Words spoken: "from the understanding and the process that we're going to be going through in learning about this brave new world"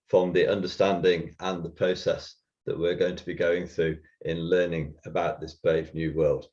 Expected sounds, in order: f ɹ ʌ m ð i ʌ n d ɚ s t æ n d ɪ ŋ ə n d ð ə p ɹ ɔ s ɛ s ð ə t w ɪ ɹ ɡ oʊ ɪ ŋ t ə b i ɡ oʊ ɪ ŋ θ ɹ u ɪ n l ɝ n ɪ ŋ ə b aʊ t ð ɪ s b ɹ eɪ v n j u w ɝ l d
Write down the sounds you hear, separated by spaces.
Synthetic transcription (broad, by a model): f ɹ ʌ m ð i ʌ n d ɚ s t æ n d ɪ ŋ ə n ð ə p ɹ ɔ s ɛ s ð ə t w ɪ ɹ ɡ oʊ ɪ ŋ t ə b i ɡ oʊ ɪ ŋ θ ɹ u ɪ n l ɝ n ɪ ŋ ə b aʊ t ð ɪ s b ɹ eɪ v n j u w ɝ l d